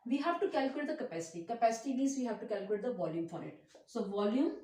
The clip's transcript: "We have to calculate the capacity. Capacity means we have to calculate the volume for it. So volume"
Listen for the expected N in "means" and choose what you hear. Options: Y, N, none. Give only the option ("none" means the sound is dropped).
none